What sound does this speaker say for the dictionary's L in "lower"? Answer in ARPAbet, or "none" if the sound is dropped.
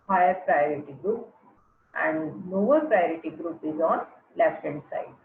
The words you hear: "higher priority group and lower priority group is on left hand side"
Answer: N